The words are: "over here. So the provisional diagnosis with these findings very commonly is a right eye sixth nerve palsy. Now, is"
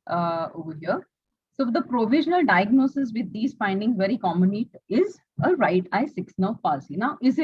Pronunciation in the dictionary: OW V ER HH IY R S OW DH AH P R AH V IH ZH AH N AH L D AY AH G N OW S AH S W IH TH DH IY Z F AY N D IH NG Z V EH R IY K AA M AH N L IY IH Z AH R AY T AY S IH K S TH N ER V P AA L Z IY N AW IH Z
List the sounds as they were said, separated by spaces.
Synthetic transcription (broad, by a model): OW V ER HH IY R S OW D AH P R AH V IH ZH AH N AH L D AY AH G N OW S AH S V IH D IY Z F AY N D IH NG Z V EH R IY K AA M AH N IY IH Z AH R AY T AY S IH K S N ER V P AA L S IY N AW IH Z